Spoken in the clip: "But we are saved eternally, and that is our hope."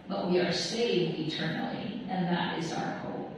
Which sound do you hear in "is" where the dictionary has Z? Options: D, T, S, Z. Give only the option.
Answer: Z